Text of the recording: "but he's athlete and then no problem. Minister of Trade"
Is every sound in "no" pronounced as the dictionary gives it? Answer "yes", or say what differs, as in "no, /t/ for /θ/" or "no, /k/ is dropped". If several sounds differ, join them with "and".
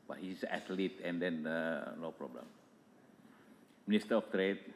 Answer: no, /l/ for /n/